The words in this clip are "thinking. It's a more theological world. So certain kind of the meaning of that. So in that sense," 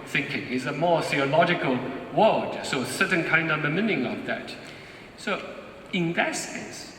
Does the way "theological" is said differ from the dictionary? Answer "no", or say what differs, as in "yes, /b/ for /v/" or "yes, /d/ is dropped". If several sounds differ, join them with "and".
no